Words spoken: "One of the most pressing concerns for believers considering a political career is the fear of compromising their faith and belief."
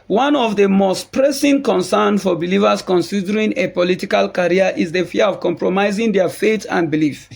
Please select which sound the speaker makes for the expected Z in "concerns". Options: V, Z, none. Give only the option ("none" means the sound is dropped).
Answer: none